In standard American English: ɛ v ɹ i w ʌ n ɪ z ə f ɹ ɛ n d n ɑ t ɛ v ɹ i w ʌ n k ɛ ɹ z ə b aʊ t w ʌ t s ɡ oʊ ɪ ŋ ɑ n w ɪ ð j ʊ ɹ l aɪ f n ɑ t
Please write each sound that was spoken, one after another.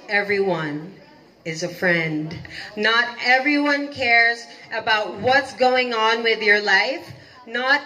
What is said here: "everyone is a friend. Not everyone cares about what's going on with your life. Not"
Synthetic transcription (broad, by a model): ɛ v ɹ i w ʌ n ɪ z ə f ɹ ɛ n d n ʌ t ɛ v ɹ i w ʌ n k ɛ ɹ z ə b aʊ t w ʌ t s ɡ oʊ ɪ ŋ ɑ n w ɪ ð j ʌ ɹ l aɪ f n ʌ t